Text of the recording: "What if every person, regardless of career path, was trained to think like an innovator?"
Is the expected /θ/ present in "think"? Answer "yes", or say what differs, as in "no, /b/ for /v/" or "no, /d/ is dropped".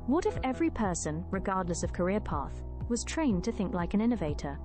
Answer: yes